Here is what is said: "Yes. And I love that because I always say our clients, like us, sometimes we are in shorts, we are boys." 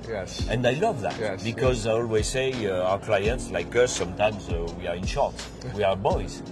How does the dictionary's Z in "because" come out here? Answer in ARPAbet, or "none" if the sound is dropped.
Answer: Z